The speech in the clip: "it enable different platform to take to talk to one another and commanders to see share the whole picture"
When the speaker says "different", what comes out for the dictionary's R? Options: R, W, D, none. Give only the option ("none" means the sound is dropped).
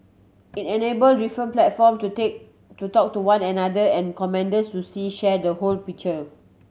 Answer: none